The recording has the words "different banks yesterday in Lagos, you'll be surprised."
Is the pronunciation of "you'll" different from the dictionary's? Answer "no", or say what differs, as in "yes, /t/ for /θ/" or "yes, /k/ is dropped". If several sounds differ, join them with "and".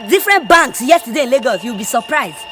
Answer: yes, /w/ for /l/